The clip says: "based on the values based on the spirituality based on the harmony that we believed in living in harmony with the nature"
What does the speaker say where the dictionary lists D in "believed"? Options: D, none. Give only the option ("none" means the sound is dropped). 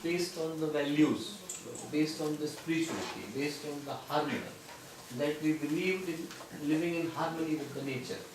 D